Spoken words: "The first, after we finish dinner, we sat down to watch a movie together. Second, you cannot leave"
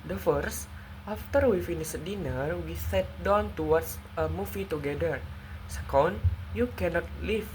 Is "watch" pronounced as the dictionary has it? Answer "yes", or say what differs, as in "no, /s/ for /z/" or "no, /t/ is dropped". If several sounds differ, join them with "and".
no, /s/ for /tʃ/